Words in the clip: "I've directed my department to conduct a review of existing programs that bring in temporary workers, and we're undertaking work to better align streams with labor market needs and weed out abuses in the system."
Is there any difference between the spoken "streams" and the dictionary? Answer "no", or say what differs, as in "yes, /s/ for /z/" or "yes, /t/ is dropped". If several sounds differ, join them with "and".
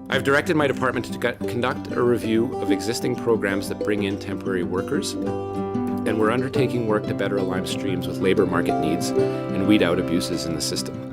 no